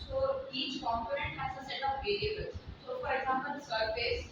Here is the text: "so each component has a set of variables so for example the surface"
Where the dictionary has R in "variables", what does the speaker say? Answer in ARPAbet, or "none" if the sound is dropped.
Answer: L